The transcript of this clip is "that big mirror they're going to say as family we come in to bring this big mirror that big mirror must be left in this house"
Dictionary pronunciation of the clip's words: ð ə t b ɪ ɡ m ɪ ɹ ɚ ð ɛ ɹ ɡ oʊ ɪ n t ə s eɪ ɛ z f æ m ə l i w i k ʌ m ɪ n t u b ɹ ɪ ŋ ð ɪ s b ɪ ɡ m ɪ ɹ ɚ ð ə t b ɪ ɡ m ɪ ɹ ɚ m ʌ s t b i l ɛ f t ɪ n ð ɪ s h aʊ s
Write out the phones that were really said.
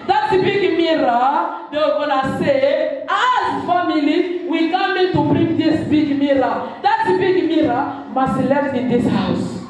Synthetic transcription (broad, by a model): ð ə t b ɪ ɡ m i ɹ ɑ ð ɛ w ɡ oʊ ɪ n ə s eɪ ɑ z f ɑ m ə l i w i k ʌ m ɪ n t u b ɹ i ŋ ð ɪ s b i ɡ m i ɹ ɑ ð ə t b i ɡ m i ɹ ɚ m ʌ s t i l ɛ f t ɪ n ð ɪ s h aʊ s